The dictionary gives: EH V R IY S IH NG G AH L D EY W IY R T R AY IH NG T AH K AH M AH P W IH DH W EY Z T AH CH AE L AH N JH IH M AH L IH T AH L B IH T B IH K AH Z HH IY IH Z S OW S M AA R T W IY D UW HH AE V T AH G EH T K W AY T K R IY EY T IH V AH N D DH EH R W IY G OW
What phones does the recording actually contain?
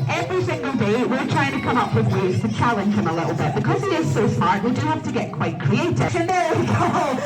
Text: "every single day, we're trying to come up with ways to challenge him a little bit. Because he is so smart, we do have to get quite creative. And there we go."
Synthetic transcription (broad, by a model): EH V R IY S IH NG G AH L D EY W IY R T R AY IH NG T AH K AH M AH P W IH DH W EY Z T AH CH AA L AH N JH IH M AH L IH T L B IH T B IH K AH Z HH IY IH Z S OW S M AA R T W IY D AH HH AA F T AH G EH T K W AY T K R IY EY T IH AH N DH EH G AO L